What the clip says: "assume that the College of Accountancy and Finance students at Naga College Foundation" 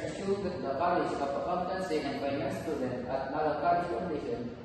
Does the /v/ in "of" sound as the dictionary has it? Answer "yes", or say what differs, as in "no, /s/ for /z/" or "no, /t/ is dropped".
no, /p/ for /v/